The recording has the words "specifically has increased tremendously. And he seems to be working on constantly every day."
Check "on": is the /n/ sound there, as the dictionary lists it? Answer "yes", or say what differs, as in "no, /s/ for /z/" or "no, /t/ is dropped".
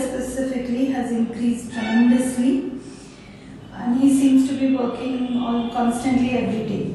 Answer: no, /l/ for /n/